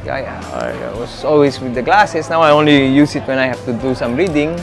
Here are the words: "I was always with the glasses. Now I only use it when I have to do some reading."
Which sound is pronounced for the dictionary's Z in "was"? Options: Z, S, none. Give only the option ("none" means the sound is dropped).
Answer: S